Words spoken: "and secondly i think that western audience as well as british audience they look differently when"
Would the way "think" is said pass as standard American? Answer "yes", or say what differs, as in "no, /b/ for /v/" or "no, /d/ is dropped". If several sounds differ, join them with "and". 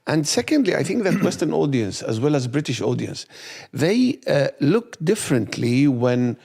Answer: yes